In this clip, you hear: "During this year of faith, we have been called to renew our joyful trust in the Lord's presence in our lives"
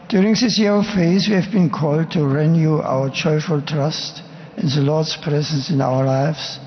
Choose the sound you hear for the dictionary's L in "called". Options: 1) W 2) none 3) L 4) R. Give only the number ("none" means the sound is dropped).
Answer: 3